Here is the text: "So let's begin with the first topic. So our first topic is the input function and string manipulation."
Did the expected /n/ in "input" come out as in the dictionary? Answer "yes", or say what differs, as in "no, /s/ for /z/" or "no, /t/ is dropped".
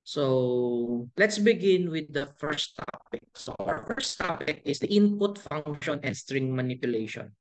yes